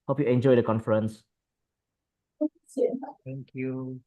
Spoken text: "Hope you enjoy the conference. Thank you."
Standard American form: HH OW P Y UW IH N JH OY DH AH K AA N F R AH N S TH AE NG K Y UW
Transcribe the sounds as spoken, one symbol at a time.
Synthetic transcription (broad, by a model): HH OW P Y UW IH N JH OY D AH K AA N F R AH N S S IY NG K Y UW